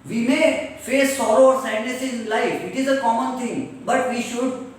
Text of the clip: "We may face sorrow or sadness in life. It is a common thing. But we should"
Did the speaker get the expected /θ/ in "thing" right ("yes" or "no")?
no